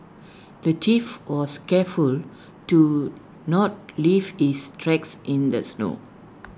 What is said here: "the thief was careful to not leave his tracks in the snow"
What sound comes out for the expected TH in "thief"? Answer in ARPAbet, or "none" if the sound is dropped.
T